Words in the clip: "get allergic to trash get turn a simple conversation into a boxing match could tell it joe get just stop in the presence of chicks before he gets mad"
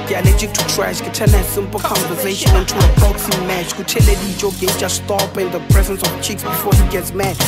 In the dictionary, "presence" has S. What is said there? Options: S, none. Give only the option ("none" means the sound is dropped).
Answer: S